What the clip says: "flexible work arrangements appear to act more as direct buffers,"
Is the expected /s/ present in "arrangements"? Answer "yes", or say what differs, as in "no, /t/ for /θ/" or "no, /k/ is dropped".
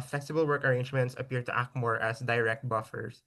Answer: yes